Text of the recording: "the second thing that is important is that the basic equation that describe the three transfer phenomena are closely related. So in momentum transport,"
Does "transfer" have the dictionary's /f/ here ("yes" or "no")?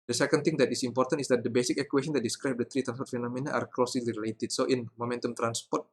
no